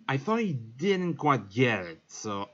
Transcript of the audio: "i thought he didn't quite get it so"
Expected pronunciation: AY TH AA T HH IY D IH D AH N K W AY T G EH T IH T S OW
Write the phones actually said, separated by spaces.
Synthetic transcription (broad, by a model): AY TH AA T HH IY D IH D N K W AY T G EH T IH T S OW